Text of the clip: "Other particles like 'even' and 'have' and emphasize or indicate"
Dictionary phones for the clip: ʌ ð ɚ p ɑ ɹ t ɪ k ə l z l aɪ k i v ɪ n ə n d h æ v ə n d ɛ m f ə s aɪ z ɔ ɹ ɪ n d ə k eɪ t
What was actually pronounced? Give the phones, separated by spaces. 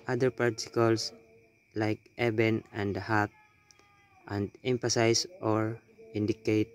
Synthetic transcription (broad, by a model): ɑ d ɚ p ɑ ɹ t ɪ k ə l s l aɪ k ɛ b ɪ n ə n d h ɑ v ə n d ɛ m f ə s aɪ s ɔ ɹ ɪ n d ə k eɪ t